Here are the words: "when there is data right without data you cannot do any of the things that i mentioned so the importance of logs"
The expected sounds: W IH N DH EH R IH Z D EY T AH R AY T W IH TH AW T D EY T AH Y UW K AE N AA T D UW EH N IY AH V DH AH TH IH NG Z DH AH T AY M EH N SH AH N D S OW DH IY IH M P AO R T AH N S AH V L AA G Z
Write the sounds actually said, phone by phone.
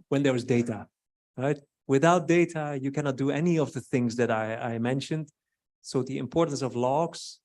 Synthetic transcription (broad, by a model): W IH N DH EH R IH Z D EY T AH R AY T W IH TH AW T D EY T AH Y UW K AE N AA T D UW EH N IY AH V DH AH TH IH NG Z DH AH T AY M EH N SH AH N D S OW DH IY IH M P AO R T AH N S AH V L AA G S